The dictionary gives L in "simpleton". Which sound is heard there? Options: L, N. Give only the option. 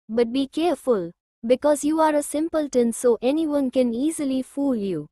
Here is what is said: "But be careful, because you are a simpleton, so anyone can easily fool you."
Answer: L